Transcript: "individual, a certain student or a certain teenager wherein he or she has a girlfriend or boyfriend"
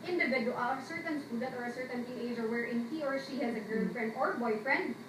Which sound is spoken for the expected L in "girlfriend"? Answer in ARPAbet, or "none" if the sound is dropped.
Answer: N